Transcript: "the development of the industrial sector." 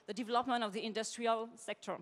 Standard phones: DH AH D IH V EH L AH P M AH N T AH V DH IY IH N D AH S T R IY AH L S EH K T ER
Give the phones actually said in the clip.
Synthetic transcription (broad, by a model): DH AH D IH V EH L AH P M AH N T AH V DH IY IH N D AH S T R IY AH L S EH K T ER